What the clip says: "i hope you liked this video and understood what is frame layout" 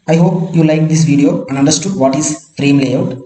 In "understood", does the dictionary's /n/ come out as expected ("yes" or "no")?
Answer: yes